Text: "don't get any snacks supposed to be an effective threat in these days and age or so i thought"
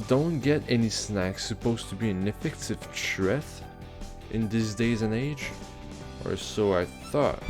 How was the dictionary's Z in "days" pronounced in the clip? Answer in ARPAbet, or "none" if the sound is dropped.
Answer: Z